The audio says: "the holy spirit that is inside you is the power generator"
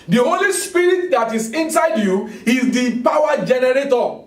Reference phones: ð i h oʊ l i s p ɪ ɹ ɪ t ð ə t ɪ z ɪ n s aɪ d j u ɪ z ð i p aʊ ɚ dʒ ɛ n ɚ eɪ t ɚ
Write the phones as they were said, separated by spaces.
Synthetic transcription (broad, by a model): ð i h oʊ l i s p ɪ ɹ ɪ t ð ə t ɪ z ɪ n s aɪ d j u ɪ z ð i p aʊ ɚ dʒ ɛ n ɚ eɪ t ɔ